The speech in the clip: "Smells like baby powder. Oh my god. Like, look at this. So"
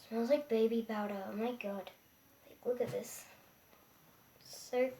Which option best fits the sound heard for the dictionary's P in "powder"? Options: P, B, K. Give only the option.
B